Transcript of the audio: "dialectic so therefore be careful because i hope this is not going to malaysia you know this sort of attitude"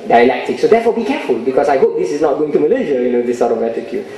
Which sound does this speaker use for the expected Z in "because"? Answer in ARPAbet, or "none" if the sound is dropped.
S